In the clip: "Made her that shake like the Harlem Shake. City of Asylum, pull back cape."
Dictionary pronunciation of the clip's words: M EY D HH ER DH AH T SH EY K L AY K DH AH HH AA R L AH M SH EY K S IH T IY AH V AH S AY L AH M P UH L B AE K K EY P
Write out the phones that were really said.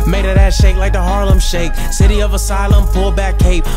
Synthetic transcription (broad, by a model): M EY D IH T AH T SH EY K L AY K DH AH HH AA R L AH M SH EY K S IH T IY AH V AH S AY L AH M F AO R B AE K K EY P